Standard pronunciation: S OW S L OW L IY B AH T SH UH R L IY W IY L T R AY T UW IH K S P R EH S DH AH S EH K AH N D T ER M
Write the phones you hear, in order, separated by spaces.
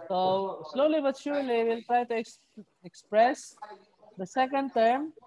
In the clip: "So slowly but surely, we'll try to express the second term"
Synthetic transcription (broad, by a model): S OW S L OW L IY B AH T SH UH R L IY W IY L T R AY T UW IH K S P R EH S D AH S EH K AH N D T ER M